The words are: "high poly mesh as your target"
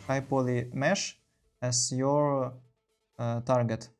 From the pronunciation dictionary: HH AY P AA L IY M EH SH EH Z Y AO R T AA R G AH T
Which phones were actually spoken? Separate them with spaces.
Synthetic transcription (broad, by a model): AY P AA L IY M EH SH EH S Y AO R T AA R G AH T